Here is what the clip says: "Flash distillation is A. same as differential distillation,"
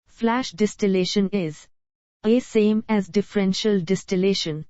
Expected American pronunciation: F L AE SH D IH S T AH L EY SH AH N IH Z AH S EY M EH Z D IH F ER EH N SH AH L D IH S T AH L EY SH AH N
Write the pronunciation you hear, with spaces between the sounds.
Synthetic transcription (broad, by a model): F L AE SH D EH S T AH L EY SH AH N IH Z AH S EY M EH Z D IH F ER EH N SH AH L D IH S T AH L EY SH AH N